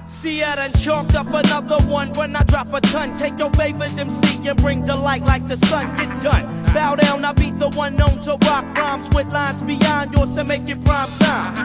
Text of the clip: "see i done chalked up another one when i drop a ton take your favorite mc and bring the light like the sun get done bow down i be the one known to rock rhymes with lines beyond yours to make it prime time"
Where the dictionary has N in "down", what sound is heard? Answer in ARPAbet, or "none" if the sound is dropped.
N